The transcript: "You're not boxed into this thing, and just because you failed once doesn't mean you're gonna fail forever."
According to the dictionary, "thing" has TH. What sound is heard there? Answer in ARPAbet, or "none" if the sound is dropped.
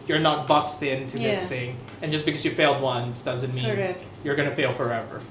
TH